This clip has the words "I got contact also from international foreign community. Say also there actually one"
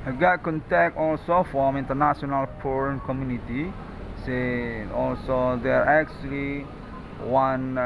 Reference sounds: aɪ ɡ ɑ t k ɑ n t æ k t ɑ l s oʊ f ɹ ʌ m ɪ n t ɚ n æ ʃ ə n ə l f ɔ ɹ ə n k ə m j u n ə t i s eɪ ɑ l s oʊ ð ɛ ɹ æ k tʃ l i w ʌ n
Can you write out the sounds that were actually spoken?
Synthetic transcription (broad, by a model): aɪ ɡ ɑ t k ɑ n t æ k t ɑ l s oʊ f ɹ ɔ m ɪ n t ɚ n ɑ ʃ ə n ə l p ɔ ɹ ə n k ə m j u n ə t i s eɪ ɑ l s oʊ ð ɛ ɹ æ k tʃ l i w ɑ n